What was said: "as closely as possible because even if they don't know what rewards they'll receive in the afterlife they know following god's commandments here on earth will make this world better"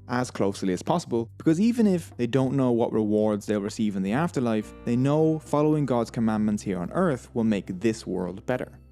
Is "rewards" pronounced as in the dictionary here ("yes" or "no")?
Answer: yes